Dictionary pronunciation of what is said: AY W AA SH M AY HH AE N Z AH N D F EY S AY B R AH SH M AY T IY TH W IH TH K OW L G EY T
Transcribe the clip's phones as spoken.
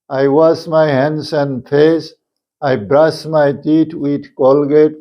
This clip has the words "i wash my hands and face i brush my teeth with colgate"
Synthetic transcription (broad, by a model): AY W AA S M AY HH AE N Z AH N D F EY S AY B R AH S M AY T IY T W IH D K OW L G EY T